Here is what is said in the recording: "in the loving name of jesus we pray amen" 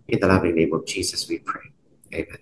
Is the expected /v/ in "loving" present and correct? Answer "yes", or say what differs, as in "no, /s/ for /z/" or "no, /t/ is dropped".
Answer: yes